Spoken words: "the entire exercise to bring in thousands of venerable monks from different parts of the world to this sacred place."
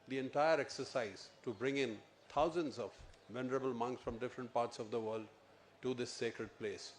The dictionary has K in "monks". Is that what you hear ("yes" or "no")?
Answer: yes